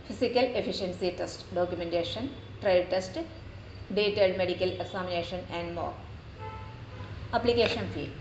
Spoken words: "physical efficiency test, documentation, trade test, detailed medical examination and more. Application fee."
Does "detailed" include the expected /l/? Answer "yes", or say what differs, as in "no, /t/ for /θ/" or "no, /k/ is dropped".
no, /l/ is dropped